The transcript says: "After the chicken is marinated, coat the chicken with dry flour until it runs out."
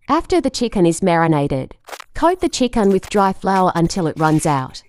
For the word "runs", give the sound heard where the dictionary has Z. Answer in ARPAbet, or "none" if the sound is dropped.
Z